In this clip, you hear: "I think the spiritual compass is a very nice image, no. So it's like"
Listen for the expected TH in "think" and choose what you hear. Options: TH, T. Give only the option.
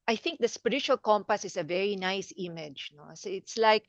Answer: TH